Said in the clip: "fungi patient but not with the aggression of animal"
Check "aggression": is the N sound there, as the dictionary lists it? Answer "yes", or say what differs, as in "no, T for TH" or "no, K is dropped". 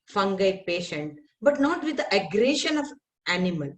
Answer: yes